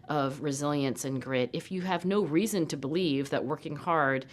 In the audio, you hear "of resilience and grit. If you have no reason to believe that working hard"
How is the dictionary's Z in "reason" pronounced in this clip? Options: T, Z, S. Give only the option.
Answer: Z